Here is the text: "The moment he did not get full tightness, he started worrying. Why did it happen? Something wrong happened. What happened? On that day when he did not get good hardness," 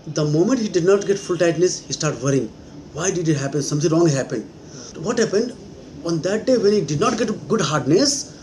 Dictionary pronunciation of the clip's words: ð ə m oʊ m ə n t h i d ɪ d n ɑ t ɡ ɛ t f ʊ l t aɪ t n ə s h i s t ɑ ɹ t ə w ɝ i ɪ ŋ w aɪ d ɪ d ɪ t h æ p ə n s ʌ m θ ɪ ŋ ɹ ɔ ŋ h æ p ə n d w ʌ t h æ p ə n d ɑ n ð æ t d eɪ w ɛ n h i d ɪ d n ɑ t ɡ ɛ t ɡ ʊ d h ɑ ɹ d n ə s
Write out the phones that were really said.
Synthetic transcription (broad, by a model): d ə m oʊ m ə n t h i d ɪ d n ɑ t ɡ ɛ t f ʊ l t aɪ t n ə s h i s t ɑ ɹ t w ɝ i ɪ ŋ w aɪ d ɪ d ɪ t h æ p ə n s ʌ m t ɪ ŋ ɹ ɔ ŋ h æ p ə n d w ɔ t h æ p ə n d ɑ n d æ t d eɪ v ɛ n h i d ɪ d n ɑ t ɡ ɛ t ɡ ʊ d h ɑ ɹ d n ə s